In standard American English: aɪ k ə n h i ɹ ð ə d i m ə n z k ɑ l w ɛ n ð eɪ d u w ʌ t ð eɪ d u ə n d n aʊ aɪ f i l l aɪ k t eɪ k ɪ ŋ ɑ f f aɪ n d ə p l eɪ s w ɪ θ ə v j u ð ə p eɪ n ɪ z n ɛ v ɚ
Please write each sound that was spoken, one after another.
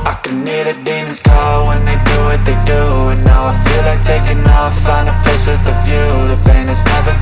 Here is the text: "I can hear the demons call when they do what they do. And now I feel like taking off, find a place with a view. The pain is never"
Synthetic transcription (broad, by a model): aɪ k ə n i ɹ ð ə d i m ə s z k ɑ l w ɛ n ð eɪ d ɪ w ʌ t ð eɪ d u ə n n aʊ aɪ f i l l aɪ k t eɪ k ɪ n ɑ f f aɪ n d ə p eɪ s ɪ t ə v j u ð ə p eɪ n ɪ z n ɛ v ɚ